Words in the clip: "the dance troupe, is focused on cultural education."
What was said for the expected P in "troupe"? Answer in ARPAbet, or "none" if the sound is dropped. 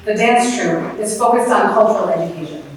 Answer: none